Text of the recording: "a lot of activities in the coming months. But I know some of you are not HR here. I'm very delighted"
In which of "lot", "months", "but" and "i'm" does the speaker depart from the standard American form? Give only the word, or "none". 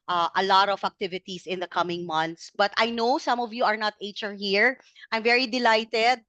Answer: months